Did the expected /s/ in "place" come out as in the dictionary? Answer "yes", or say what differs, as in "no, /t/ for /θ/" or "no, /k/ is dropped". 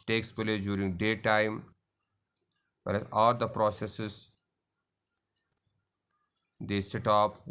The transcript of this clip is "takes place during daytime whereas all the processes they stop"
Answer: no, /s/ is dropped